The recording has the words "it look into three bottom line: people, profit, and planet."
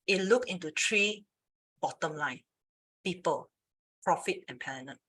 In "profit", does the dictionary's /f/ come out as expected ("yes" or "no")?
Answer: yes